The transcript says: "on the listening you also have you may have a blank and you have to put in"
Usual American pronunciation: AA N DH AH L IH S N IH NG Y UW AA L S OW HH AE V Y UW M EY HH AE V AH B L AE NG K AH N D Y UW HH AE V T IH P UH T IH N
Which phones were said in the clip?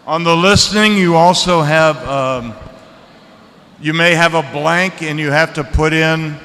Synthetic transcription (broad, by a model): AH N DH AH L IH S N IH NG Y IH AA L S OW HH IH V Y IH M EY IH V AH B L AE NG K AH N Y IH HH AE F T IH P UH T IH N